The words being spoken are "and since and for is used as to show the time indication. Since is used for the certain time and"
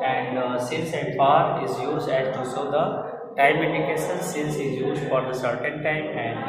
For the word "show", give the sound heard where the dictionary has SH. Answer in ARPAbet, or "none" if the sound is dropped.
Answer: S